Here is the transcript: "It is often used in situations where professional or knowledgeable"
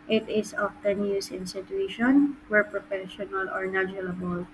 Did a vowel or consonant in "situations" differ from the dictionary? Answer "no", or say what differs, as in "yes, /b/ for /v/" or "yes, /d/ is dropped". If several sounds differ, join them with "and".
yes, /z/ is dropped